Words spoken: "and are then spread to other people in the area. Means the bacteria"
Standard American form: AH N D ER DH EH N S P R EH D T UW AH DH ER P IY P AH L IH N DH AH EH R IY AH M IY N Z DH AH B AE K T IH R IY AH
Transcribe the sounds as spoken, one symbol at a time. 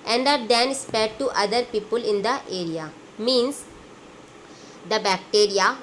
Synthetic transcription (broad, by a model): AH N D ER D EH N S P EH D T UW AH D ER P IY P AH L IH N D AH EH R IY AH M IY N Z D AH B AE K T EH R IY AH